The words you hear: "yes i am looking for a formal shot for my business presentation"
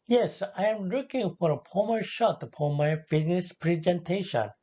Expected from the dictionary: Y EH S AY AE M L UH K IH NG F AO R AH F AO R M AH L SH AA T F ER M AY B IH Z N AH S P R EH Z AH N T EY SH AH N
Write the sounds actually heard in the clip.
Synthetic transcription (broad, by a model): Y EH S AY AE M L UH K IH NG F AO R AH P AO M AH SH AA T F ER M AY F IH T N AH S P R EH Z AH N T EY SH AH N